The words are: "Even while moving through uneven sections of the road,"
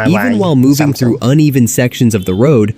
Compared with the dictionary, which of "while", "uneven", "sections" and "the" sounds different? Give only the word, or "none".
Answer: none